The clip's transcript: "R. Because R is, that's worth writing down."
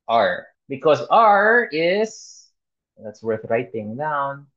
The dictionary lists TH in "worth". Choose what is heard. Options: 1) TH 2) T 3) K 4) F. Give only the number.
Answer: 1